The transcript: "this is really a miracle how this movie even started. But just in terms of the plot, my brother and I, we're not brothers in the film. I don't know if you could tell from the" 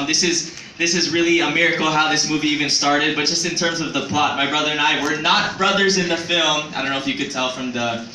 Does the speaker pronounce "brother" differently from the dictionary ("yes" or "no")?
no